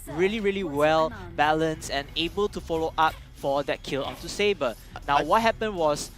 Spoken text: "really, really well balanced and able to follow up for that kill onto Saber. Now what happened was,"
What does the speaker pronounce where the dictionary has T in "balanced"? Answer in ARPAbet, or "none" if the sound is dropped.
none